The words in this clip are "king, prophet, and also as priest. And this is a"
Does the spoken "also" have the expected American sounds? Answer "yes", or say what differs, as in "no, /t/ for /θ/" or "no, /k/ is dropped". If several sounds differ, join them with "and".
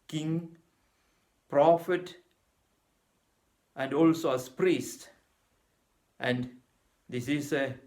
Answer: yes